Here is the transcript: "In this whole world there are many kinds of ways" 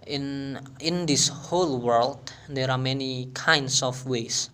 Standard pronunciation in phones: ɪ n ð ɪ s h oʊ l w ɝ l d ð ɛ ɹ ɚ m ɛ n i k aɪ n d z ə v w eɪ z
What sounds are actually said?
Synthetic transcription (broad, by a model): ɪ n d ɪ s h oʊ l w ɝ l d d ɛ ɹ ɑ m ɛ n i k aɪ n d s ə f w eɪ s